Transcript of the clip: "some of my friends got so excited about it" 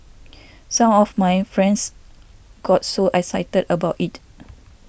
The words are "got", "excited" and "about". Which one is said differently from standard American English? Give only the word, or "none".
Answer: excited